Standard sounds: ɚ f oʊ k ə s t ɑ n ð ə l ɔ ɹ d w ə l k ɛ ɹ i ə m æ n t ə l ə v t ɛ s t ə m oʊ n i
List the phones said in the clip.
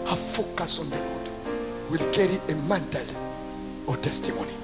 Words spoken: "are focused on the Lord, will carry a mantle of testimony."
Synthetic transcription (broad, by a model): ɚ f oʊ k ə s ɑ n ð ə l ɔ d w ə l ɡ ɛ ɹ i ə m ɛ n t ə l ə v t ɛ s t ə m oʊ n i